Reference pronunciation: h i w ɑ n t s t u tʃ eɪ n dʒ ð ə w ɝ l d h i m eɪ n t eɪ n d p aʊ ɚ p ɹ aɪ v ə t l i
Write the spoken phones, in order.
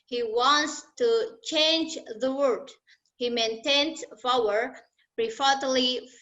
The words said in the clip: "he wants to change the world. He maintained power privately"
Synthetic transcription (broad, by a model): h i w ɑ n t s t u tʃ eɪ n dʒ ð ə w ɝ d h i m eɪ n t eɪ n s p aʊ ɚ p ɹ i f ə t l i